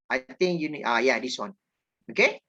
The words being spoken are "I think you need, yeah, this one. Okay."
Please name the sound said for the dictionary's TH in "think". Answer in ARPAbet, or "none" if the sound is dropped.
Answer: T